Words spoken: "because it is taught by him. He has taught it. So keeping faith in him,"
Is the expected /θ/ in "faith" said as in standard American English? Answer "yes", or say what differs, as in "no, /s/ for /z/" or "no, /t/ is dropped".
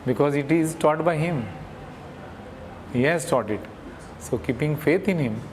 no, /t/ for /θ/